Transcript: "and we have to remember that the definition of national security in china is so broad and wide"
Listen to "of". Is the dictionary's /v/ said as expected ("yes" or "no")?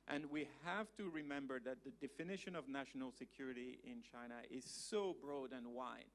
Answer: yes